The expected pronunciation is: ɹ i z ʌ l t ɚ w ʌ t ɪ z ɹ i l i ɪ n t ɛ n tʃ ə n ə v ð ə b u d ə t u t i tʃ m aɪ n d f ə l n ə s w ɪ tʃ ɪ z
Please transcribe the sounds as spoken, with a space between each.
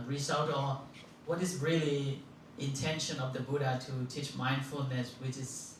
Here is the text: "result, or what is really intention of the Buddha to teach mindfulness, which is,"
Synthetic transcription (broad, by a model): ɹ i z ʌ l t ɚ w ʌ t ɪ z ɹ i l i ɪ n t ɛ n ʃ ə n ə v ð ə b u d ə t u t i tʃ m aɪ n d f ə l n ə s w ɪ tʃ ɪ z